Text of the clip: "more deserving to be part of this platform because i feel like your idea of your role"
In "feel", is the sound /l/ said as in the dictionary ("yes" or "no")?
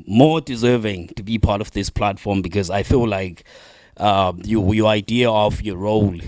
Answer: yes